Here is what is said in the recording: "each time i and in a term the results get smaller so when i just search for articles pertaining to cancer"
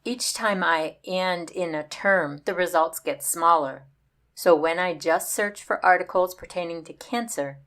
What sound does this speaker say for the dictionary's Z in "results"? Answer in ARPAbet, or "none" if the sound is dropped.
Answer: Z